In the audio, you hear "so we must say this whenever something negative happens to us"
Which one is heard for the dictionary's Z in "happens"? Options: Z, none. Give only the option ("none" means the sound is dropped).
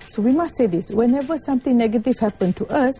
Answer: none